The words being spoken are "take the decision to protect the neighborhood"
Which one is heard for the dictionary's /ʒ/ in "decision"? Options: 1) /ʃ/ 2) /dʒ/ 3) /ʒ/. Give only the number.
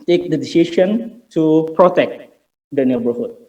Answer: 1